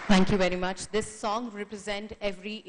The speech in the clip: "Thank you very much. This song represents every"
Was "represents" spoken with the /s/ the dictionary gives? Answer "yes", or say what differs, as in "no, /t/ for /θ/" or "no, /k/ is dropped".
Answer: no, /s/ is dropped